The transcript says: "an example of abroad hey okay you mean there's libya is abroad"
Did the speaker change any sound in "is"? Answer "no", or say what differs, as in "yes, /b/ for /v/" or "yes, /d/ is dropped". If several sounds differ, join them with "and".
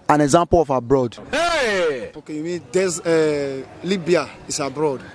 yes, /s/ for /z/